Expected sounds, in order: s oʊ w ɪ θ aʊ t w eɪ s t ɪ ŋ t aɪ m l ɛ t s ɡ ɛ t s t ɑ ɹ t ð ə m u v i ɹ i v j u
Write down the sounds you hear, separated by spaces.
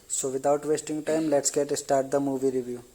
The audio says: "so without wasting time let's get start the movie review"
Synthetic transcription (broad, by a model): s oʊ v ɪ t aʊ t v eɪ s t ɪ ŋ t aɪ m l ɛ t s ɡ ɛ t s t ɑ ɹ t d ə m u v i ɹ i v j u